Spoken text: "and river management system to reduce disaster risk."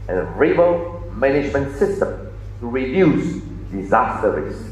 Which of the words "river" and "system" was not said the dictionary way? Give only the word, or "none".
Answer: river